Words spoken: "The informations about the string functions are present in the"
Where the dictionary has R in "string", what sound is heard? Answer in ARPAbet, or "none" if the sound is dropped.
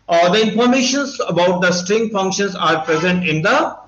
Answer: R